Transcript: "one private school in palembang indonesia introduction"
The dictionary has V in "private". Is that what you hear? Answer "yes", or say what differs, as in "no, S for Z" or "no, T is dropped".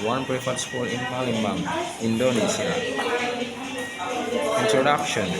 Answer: no, F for V